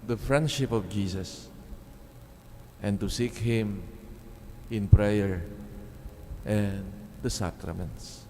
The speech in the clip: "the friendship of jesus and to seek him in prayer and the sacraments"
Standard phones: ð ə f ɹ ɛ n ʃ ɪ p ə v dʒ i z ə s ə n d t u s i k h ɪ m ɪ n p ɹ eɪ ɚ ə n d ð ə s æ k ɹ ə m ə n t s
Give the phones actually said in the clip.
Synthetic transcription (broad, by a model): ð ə f ɹ ɛ n ʃ ɪ p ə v dʒ i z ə s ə n t u s i k h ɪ m ɪ n p ɹ eɪ ɚ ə n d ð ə s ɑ k ɹ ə m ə n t s